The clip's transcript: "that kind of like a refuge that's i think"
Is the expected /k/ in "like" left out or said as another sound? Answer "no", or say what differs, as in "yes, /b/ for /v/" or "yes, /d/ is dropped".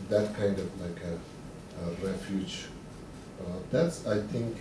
no